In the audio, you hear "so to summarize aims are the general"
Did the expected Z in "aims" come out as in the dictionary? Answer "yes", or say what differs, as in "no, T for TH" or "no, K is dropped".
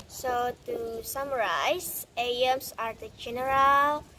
no, S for Z